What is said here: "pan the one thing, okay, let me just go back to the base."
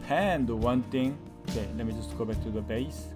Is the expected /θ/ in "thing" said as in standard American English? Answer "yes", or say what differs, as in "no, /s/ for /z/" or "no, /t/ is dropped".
no, /t/ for /θ/